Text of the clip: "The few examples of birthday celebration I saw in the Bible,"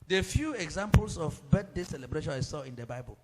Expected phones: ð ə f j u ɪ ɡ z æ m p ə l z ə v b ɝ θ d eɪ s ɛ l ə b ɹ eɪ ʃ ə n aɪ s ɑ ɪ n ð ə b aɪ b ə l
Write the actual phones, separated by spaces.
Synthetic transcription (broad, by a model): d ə f j u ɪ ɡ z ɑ m p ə l s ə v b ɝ t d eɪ s ɛ l ə b ɹ eɪ ʃ ə n aɪ s ɑ ɪ n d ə b aɪ b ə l